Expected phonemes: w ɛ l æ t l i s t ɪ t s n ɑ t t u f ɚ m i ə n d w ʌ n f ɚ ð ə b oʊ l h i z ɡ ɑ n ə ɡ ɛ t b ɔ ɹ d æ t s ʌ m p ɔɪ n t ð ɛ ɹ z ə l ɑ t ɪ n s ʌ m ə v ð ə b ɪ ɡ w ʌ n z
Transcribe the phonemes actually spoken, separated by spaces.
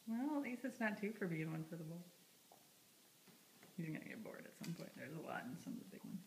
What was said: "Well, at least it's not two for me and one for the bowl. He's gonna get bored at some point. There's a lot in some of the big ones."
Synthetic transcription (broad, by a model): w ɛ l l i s ɪ t s n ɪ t t u f ɚ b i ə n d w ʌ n f ɚ ð ə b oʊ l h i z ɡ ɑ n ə ɡ ɛ t b ɔ ɹ d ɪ t s ʌ m p ɔɪ n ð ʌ ɹ z ə l ɑ t n s ʌ m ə ð ə b ɪ ɡ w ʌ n